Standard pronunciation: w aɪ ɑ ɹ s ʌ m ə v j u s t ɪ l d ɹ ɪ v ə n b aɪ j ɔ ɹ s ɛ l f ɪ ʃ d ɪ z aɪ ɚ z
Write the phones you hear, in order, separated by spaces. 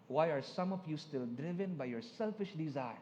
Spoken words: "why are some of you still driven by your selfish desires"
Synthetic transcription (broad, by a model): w aɪ ɑ ɹ s ʌ m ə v j u s t ɪ l d ɹ ɪ v ə n b aɪ j ɔ ɹ s ɛ l f ɪ ʃ d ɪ z aɪ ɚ